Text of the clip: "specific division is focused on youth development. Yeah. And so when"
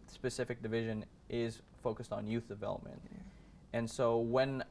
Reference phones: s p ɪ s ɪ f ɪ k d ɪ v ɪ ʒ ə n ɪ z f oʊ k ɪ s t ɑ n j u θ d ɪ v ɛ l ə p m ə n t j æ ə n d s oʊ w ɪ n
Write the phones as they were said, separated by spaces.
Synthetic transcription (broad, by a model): s p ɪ s ɪ f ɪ k d ɪ v ɪ ʒ ə n ɪ z f oʊ k ɪ s t n j u θ d ɪ v ɛ l ə p m ə n t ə n s oʊ w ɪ n